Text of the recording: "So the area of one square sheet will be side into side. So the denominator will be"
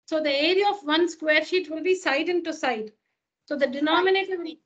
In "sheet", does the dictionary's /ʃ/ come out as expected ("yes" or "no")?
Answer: yes